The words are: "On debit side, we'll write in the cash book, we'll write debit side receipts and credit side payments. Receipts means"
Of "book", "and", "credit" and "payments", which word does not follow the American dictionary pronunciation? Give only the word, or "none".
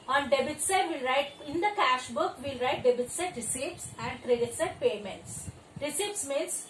none